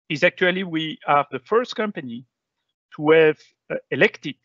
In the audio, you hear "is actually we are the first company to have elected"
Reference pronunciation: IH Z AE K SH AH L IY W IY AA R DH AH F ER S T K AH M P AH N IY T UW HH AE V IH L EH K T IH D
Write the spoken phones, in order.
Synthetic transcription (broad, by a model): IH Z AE K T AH L IY W IY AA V DH AH F ER S T K AH M P AH N IY T UW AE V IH L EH K T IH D